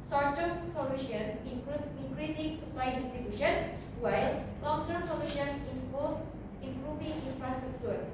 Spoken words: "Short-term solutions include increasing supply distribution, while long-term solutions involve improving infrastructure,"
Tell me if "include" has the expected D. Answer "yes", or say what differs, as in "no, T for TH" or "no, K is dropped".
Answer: no, D is dropped